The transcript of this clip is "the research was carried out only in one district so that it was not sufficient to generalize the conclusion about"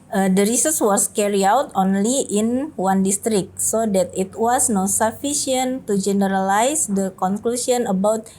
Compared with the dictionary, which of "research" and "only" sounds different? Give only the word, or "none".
research